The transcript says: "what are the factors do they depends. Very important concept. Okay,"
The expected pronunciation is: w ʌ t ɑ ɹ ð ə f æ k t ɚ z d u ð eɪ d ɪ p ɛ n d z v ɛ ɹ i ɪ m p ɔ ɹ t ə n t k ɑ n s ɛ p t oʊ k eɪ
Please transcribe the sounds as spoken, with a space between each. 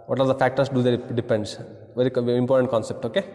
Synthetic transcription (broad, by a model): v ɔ t ɑ ɹ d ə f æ k t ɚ s d u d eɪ d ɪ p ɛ n d s v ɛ ɹ i ɪ m p ɔ ɹ t ə n t k ɑ n s ɛ p t oʊ k eɪ